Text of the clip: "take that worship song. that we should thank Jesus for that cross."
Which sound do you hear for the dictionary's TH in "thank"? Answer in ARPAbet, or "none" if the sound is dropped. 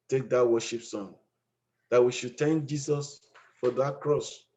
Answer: T